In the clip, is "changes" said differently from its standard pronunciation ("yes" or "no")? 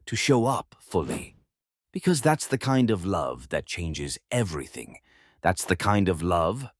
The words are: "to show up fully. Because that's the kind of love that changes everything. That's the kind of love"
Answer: no